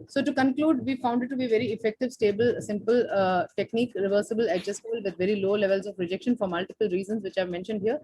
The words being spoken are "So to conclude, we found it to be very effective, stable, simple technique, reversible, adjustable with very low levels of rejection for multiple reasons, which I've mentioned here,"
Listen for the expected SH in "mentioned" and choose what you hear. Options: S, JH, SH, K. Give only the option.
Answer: SH